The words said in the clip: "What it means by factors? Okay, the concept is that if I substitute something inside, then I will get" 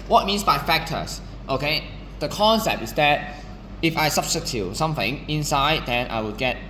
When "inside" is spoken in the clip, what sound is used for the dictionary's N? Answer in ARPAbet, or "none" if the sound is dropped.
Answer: N